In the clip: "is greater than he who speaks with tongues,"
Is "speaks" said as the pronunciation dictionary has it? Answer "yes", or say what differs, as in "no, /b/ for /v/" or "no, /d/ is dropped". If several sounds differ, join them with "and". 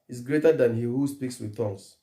yes